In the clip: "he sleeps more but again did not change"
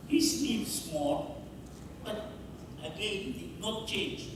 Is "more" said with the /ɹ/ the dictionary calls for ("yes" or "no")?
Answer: no